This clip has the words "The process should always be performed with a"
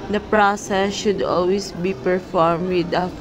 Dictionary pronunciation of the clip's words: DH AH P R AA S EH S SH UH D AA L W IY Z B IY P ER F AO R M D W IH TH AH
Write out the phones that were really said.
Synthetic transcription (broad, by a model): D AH P R AA S EH S SH UH D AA L W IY S B IY P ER F AO R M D W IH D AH